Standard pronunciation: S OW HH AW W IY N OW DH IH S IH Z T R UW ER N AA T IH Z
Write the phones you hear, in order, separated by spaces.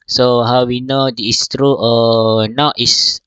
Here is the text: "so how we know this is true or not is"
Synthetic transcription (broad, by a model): S OW HH AW W IY N OW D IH IH S T R UW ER N AA T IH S